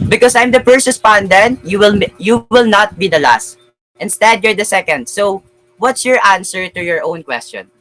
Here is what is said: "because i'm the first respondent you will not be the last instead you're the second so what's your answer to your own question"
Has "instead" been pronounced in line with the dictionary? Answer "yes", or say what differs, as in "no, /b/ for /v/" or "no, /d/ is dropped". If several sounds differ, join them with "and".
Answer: yes